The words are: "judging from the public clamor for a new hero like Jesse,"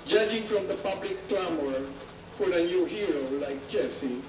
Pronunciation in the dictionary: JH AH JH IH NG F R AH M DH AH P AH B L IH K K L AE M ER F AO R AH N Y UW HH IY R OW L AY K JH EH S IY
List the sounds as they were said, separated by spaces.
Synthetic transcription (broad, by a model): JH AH JH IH NG F R AH M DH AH P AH B L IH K K L AE M ER P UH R AH N Y UW HH IY R OW L AY K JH EH S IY